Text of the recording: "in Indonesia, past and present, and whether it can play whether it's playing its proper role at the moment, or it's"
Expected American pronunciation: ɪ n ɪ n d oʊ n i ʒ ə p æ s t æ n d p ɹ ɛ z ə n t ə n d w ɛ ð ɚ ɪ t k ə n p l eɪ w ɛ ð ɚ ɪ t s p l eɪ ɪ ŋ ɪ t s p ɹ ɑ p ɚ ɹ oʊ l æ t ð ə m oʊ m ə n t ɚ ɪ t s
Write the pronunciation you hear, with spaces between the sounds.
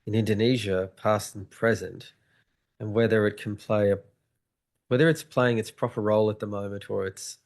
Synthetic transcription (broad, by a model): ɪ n ɪ n d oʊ n i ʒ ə p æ s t n p ɹ ɛ z ə n t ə n w ɛ ð ɚ ɪ t k n p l eɪ w ɛ ð ɚ ɪ t s p l eɪ ɪ ŋ ɪ t s p ɹ ɑ p ɚ ɹ oʊ l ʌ t ð ə m oʊ m ə n t ɚ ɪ t s